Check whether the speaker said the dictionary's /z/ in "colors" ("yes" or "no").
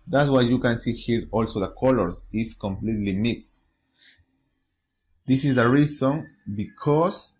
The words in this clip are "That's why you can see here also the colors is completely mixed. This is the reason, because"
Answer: no